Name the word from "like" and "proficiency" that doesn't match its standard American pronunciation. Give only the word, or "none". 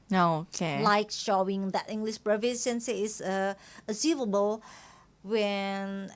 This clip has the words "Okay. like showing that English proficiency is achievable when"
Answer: proficiency